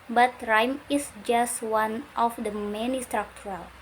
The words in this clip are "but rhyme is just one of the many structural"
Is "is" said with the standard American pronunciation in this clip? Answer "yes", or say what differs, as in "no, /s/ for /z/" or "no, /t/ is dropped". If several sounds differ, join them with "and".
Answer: no, /s/ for /z/